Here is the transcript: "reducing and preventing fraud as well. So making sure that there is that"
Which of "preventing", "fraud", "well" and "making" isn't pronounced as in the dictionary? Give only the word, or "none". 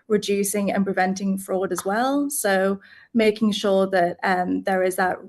none